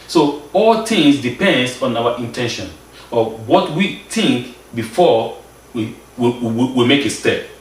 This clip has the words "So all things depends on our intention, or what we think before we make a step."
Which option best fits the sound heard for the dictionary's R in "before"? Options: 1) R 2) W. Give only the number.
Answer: 2